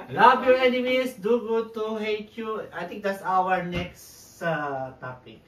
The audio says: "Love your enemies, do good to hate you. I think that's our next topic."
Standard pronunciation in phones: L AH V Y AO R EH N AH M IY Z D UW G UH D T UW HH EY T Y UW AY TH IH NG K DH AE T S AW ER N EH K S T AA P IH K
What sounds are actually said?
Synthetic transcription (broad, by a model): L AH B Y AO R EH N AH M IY S D UW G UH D T UW HH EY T Y UW AY T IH NG K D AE T S AW ER N EH K S T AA P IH K